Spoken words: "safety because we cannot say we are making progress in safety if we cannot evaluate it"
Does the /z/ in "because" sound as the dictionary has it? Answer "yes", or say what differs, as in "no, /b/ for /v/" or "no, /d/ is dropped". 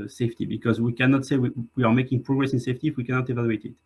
yes